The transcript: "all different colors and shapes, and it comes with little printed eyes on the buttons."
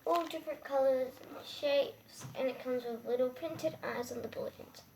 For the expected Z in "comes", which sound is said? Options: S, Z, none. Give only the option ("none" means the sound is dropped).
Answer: Z